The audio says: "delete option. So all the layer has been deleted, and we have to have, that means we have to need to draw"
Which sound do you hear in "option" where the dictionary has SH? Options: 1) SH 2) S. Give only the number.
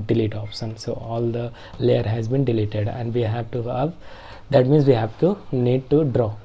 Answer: 2